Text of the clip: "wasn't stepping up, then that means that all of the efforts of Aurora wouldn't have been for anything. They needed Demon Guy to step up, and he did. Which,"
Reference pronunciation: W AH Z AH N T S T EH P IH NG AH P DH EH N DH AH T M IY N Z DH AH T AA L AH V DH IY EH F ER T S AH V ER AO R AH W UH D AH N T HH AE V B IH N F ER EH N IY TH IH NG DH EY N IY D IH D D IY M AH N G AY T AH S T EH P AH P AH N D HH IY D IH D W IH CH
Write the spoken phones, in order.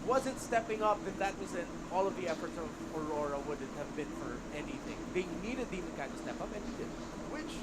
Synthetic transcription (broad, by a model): W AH Z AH N T S T EH P IH NG AH P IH N DH AH T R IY Z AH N AA L AH V DH IY EH F ER T S AH V ER AO R AH W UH D N T HH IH V B IH N F ER EH N IY TH IH NG DH EY N IY D IH D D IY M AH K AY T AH S T EH P AH P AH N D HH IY D IH D W IH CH